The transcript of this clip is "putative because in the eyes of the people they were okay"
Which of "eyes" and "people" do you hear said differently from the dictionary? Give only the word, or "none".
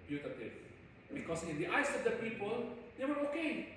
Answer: eyes